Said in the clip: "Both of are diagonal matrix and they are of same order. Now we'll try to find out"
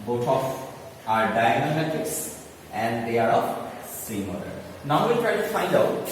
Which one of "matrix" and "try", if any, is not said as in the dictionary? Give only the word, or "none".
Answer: matrix